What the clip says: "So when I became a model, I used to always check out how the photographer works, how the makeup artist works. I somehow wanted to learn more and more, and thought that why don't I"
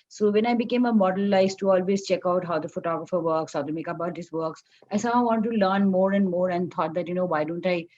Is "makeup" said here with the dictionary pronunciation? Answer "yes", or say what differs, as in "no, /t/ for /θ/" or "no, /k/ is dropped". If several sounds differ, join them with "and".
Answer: no, /b/ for /p/